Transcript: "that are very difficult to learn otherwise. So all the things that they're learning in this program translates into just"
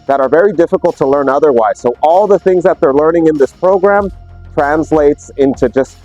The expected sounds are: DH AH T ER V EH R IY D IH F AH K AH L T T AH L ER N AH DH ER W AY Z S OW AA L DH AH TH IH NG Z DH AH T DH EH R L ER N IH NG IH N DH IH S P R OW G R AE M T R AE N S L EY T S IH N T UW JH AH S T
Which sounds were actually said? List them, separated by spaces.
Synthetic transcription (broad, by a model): DH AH T ER V EH R IY D IH F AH K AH L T T AH L ER N AH DH ER W AY Z S OW AA L DH AH TH IH NG Z DH AH T DH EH R L ER N IH NG IH N DH IH S P R OW G R AE M T R AE N S L EY T S IH N T UW JH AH S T